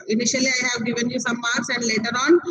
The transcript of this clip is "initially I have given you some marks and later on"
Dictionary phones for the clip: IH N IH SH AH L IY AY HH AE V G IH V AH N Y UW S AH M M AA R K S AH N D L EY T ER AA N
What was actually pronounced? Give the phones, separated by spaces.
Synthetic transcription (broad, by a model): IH N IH SH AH L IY AY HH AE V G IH V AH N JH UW S AH M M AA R S AH N D L EY T ER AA N